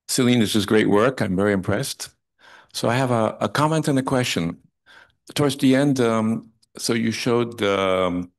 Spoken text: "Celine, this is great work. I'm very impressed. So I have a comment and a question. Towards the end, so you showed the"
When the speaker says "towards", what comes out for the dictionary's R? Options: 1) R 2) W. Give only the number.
1